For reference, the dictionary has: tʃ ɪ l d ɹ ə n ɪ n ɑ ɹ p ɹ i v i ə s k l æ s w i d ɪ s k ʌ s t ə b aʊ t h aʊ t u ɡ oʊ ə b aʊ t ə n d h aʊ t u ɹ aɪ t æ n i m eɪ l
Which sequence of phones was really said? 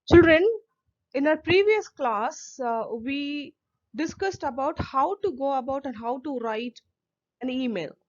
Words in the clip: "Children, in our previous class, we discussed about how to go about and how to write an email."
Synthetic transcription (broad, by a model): tʃ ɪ l d ɹ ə n ɪ n ɑ ɹ p ɹ i v i ə s k l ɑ s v i d ɪ s k ʌ s t ə b aʊ t h aʊ t u ɡ oʊ ə b aʊ t ə n d h aʊ t u ɹ aɪ t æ n i m eɪ l